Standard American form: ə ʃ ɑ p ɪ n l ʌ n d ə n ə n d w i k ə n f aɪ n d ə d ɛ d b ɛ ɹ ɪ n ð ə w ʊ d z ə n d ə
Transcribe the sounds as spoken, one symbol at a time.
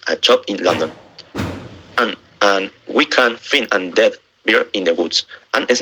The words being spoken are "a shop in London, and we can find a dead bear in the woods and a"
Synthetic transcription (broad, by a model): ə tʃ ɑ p ɪ n l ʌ n d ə n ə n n w i k ə n f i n ə d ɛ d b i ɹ ɪ n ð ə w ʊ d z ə n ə